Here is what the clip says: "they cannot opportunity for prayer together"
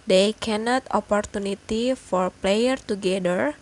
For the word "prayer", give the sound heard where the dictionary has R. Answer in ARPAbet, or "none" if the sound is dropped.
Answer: L